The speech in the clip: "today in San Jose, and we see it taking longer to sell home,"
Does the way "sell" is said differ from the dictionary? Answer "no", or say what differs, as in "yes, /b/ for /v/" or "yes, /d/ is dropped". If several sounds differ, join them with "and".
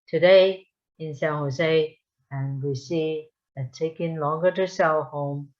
yes, /w/ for /l/